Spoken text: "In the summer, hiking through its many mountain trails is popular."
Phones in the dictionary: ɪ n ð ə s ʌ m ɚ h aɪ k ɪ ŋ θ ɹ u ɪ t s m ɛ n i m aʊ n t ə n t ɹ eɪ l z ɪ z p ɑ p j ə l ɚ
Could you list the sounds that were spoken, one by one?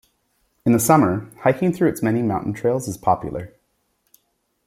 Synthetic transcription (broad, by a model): ɪ n ð ə s ʌ m ɚ h aɪ k ɪ ŋ θ ɹ u ɪ t s m ɛ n i m aʊ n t n t ɹ eɪ l z ɪ z p ɑ p j l ɚ